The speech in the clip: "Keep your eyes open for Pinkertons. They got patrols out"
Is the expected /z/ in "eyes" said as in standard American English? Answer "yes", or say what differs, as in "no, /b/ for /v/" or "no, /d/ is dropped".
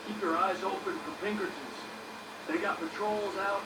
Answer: yes